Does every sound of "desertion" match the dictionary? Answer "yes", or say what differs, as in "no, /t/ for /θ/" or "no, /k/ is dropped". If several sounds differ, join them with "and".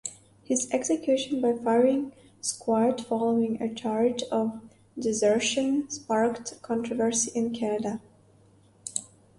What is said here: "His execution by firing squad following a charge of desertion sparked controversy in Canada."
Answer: yes